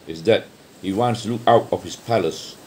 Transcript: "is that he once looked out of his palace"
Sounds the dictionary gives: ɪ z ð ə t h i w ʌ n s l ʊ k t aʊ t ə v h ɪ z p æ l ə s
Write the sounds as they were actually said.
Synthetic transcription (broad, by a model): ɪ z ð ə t h i w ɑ n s l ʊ k aʊ t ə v h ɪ s p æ l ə s